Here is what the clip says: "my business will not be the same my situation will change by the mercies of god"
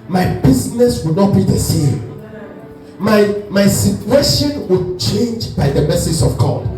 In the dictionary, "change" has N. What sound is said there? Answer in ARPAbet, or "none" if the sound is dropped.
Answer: N